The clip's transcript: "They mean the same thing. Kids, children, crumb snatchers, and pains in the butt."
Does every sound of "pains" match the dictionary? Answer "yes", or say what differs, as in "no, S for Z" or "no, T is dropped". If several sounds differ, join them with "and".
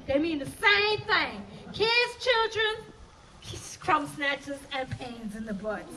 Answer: yes